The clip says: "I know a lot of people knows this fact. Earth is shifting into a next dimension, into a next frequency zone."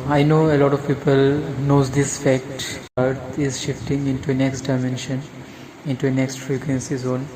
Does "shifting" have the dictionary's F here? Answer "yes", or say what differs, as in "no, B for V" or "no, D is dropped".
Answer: yes